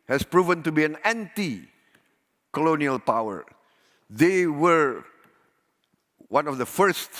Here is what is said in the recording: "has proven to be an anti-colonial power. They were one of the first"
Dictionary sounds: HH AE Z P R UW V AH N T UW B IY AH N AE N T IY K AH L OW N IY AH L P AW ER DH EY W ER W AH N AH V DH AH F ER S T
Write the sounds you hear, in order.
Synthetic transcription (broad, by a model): HH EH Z P R UW V AH N T UW B IY AH N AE N T IY K AH L OW N IY AH L P AW ER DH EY W ER W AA N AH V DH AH F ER S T